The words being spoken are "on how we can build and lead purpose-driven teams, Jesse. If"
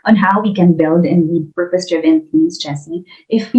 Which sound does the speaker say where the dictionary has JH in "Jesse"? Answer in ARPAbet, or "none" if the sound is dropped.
CH